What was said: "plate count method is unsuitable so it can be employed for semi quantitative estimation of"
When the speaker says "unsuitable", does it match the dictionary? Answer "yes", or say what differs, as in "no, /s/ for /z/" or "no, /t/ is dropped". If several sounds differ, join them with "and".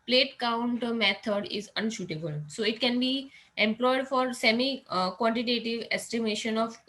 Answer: no, /ʃ/ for /s/